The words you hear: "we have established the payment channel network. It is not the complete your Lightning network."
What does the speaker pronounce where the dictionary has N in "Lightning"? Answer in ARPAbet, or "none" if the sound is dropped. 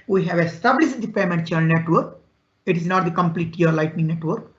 N